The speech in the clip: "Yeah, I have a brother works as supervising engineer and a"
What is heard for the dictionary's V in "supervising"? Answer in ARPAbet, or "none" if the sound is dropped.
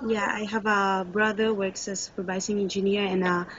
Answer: B